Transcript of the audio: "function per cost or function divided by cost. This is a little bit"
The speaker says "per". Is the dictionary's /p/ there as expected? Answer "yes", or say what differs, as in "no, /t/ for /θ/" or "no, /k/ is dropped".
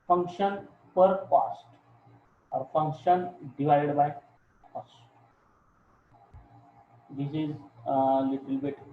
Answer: yes